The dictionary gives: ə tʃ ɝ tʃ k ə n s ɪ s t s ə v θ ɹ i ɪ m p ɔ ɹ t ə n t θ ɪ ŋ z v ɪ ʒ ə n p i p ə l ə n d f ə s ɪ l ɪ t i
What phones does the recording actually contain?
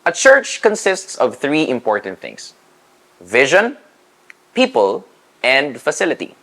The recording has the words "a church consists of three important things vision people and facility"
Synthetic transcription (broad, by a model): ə tʃ ɝ tʃ k ə n s ɪ s t s ə v θ ɹ i ɪ m p ɔ ɹ t ə n t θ ɪ ŋ s v ɪ ʒ ə n p i p ə l ə n d f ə s ɪ l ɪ t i